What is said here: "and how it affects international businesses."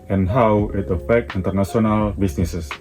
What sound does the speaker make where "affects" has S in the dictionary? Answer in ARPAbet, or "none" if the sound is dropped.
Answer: none